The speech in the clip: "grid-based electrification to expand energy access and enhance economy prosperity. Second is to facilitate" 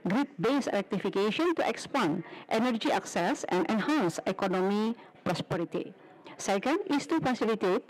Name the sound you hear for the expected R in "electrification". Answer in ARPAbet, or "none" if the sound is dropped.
none